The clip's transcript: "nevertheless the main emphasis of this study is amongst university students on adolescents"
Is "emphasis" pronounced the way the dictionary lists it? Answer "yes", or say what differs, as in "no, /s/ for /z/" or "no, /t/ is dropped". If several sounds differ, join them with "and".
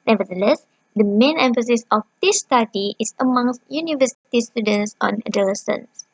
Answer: yes